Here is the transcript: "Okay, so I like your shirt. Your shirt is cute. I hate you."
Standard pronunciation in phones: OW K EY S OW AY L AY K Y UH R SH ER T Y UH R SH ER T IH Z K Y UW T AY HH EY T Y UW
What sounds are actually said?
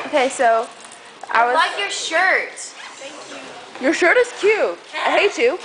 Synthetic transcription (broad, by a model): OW K EY S OW AY L AY K Y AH R SH ER T Y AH R SH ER T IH S K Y UW AY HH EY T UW